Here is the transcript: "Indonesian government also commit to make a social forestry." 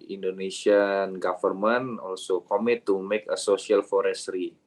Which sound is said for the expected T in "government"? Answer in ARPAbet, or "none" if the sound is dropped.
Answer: none